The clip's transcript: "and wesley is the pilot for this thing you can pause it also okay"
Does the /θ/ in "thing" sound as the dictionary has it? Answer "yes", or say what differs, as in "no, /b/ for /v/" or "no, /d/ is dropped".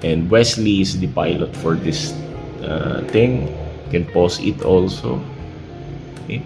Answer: no, /t/ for /θ/